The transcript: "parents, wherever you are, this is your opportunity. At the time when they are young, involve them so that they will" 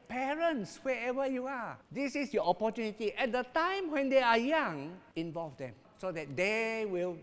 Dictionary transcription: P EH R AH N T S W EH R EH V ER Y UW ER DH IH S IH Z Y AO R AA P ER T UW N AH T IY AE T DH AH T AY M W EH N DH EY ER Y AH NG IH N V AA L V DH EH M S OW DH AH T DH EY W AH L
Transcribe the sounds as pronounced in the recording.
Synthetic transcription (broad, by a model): P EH R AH N T S W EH EH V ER Y UW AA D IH S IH S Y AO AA P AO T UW N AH T IY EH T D AH T AY M W EH N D EY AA Y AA NG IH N V AA L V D EH M S OW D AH T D EY W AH L